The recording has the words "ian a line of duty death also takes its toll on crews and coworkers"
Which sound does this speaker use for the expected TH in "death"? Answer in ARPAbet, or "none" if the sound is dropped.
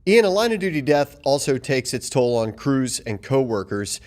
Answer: TH